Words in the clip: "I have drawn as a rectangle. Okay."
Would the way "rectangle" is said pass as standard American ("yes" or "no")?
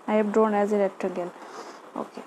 no